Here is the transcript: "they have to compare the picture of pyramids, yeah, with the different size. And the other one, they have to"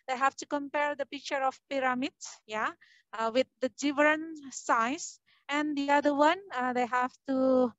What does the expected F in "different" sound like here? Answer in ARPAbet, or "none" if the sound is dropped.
none